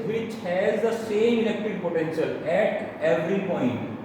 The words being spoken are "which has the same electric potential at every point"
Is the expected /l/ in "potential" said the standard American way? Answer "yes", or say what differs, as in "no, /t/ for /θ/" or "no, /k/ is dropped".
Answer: yes